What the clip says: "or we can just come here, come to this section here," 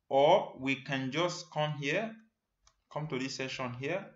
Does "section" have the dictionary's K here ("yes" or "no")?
no